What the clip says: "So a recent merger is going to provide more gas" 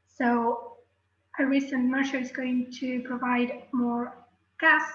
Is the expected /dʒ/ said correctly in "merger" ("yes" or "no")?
no